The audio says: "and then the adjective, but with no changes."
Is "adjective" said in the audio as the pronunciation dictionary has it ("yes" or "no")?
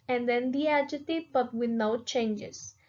no